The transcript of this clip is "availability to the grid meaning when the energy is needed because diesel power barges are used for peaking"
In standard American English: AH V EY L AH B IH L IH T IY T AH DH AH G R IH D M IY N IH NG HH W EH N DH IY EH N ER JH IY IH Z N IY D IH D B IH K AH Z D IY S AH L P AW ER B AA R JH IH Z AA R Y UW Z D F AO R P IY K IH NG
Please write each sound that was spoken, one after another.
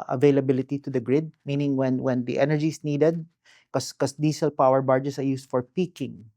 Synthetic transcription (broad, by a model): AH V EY L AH B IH L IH T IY T AH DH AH G R IH D M IY N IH NG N W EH N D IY EH N ER JH IY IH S N IY D IH D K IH K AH S D IY S AH L P AW ER B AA R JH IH S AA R Y UW S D F AO R P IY K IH NG